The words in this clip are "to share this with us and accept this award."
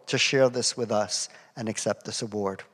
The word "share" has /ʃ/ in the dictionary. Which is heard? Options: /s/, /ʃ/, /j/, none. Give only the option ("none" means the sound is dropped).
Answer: /ʃ/